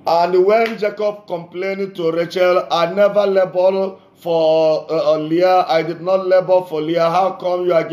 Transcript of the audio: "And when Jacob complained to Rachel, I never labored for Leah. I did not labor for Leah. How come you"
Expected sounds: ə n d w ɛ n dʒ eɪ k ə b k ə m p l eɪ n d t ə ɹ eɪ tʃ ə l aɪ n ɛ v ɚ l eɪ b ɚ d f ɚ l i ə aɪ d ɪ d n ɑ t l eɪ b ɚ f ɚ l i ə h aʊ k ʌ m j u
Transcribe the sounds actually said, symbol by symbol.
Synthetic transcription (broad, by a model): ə n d w ɛ n dʒ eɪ k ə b k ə m p l eɪ n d t ə ɹ eɪ tʃ ə l aɪ n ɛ v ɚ l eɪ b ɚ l f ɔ l i ə aɪ d ɪ d n ɑ t l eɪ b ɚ f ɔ l i ə h aʊ k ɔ m j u